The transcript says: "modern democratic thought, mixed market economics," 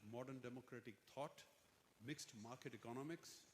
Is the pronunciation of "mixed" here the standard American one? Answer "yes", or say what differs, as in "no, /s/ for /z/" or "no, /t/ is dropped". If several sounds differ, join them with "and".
yes